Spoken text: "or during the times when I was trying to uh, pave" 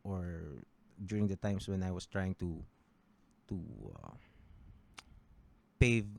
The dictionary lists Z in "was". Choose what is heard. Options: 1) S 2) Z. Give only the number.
1